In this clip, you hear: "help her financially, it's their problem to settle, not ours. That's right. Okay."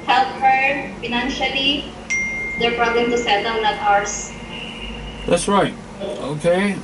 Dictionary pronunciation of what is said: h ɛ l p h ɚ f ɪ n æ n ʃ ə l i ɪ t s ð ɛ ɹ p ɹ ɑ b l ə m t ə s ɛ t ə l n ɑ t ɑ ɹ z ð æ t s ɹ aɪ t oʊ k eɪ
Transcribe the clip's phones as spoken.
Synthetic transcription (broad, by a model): h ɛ l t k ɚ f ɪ n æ n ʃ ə l i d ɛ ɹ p ɹ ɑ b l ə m t ə s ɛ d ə w n ɑ t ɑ ɹ s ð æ t s ɹ aɪ t oʊ k eɪ